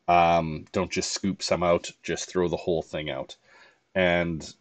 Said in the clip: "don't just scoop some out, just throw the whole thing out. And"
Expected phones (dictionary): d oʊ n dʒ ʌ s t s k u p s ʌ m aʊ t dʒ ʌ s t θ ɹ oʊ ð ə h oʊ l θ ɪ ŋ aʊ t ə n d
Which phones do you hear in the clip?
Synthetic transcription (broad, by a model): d oʊ n dʒ ʌ s t s k u p s ʌ m aʊ t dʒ ʌ s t θ ɹ oʊ ð ə h oʊ l θ ɪ ŋ aʊ t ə n